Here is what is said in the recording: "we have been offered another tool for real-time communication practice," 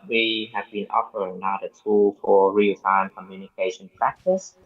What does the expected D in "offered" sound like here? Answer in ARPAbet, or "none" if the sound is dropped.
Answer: none